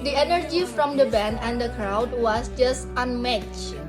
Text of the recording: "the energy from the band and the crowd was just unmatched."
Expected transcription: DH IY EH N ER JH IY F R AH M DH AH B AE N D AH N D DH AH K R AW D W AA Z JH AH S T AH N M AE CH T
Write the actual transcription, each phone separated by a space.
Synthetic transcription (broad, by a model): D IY EH N ER JH IY F R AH M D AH B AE N AH N D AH K R AW D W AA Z JH AH S T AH N M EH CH